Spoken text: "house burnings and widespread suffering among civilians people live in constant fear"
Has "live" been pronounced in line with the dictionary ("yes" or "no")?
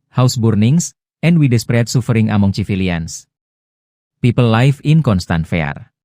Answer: no